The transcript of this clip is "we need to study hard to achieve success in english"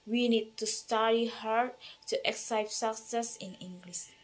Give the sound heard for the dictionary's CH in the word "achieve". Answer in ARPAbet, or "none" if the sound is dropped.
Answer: none